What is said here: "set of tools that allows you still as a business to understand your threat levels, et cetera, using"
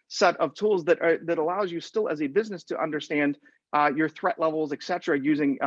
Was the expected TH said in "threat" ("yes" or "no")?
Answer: yes